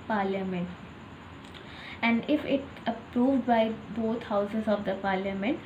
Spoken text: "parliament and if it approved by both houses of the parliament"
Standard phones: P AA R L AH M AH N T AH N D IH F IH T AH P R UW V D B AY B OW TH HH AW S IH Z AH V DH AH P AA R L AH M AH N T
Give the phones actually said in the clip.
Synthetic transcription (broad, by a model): P AA R L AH M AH N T AH N D IH F IH T AH P R UW V D B AY B OW T HH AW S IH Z AH V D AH P AA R L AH M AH N T